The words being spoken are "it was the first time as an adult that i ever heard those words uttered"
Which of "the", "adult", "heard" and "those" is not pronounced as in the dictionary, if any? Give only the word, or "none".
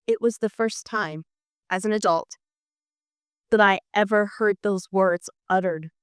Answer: none